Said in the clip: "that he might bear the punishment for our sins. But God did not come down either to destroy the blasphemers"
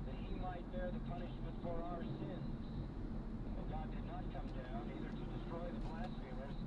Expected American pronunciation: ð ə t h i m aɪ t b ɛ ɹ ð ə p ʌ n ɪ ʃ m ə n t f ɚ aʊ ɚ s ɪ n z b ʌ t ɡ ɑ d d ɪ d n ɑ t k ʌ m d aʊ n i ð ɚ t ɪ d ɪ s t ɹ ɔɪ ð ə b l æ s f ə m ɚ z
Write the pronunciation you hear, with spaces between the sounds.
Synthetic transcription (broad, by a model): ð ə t h i m aɪ t b ɛ ɹ ð ə p ʌ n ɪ ʃ m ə n t f ɚ aʊ ɚ s ɪ n z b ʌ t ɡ ɑ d d ɪ d n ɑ t k ʌ m d aʊ n i ð ɚ t ɪ d ɪ s t ɹ ɔɪ ð ə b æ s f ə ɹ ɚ